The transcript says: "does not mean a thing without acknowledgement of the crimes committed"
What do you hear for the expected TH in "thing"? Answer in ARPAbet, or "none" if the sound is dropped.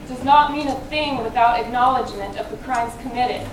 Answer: TH